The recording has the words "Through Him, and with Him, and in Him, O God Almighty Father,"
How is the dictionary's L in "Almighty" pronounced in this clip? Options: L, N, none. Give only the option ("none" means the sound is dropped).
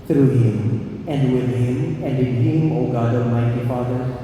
none